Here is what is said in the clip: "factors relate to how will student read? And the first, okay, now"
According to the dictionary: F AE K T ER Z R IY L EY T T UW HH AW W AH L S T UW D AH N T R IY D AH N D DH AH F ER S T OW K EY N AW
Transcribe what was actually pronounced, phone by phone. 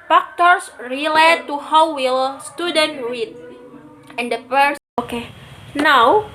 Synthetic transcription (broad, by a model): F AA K T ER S R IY L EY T T UW HH AW W AH L S T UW D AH N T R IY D AH N D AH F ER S OW K EY N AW